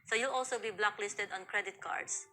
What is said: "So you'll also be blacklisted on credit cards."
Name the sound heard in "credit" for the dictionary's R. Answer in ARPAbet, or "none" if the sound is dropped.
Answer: R